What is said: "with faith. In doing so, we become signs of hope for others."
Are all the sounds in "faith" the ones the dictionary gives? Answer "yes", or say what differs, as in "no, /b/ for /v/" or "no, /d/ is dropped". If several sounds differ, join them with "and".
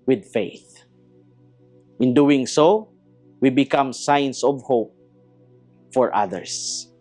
yes